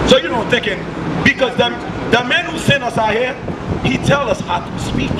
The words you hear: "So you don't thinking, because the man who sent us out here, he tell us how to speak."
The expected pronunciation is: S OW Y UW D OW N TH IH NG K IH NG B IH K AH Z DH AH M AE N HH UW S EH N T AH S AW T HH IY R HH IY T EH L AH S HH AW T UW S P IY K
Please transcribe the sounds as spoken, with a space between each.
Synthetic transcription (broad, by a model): S OW Y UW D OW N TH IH NG K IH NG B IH K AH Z DH AH M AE N HH UW S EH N AH S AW HH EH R HH IY T EH L AH S HH AW T UW S P IY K